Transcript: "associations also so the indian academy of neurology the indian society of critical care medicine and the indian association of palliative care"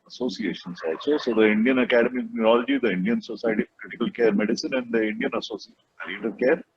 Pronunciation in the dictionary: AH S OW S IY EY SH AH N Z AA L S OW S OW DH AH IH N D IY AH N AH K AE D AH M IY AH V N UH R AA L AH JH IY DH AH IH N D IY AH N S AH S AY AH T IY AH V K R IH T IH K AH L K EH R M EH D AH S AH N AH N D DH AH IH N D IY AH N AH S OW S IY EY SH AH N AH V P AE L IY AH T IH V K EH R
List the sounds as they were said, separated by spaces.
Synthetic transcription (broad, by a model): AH S OW S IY EY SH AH N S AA S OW S OW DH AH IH N D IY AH N AH K AE D AH M IY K N UH R AA L AH JH IY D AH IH N D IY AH N S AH S AY T IY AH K L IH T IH K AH L K EH R M EH D AH S AH N AH N D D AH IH N D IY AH N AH S OW S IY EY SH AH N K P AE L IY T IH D K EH R